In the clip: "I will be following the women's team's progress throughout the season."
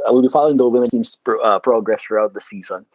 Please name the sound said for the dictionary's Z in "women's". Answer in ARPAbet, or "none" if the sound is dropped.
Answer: none